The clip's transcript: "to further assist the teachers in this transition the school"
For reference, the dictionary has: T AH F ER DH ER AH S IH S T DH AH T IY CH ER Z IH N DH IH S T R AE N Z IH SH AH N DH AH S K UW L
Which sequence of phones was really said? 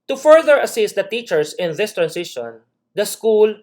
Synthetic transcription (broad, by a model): T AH F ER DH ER AH S IH S T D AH T IY CH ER S IH N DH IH S T R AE N S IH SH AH N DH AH S K UW L